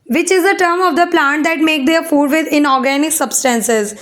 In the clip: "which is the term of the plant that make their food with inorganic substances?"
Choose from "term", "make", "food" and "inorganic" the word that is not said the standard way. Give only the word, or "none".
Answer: none